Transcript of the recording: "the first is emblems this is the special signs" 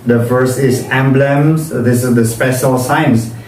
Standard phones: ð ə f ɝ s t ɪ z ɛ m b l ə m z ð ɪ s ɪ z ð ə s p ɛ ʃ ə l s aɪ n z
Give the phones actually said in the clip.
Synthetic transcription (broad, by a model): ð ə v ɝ s ɪ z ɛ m b l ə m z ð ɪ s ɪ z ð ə s p ɛ ʃ ə l s aɪ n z